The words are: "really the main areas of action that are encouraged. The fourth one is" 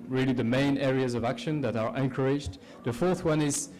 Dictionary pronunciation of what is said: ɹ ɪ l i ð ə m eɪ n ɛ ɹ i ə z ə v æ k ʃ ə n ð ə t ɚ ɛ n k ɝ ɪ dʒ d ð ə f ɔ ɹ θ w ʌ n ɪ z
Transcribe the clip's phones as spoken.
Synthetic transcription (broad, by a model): ɹ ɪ l i ð ə m eɪ n ɛ ɹ i ə z ə v æ k ʃ ə n ð ə t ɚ ɛ n k ɝ ɪ dʒ d ð ə f ɔ ɹ θ w ʌ n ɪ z